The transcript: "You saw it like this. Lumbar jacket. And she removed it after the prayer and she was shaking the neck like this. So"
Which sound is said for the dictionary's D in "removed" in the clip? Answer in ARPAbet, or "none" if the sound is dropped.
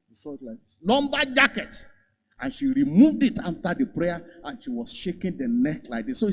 D